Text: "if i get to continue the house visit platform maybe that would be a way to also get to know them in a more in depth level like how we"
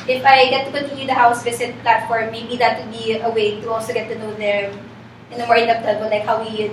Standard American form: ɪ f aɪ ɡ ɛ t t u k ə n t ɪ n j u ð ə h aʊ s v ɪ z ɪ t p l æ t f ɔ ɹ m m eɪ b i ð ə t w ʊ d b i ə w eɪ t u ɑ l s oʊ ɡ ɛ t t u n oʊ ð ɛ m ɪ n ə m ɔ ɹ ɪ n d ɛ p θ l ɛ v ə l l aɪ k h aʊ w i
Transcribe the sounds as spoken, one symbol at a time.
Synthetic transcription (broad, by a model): ɪ f aɪ ɡ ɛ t t u k ə n t ɪ n j u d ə h aʊ s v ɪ s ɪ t p l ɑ t f ɔ ɹ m m eɪ b i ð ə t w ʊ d b i ə w eɪ t u ɑ l s oʊ ɡ ɛ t t u n oʊ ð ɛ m ɪ n ə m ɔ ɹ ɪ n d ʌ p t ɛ b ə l l aɪ k h aʊ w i